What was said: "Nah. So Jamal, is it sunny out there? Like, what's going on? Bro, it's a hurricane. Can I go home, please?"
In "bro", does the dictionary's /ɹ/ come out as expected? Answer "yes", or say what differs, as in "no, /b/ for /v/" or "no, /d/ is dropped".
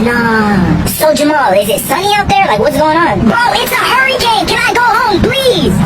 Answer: no, /ɹ/ is dropped